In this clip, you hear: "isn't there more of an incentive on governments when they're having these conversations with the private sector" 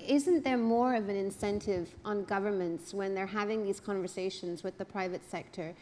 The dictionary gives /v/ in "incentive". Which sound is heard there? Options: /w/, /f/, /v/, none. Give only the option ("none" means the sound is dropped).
/v/